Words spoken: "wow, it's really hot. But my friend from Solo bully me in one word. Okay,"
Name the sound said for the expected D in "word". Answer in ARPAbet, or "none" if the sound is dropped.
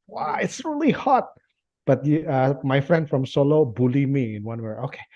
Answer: none